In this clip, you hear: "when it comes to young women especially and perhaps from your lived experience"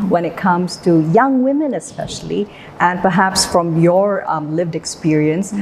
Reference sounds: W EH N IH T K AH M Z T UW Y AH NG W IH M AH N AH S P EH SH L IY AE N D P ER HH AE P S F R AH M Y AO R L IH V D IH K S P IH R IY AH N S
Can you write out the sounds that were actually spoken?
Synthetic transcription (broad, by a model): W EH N IH T K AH M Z T UW Y AH NG W IH M AH N AH S P EH SH L IY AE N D P ER HH AE P S F R AH M Y AO R L IH V D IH K S P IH R IY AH N S